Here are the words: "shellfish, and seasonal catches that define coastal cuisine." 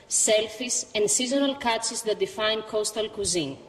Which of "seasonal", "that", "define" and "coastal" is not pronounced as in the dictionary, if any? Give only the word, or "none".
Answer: none